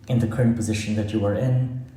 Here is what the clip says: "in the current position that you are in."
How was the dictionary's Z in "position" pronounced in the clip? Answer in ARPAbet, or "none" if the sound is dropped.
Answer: Z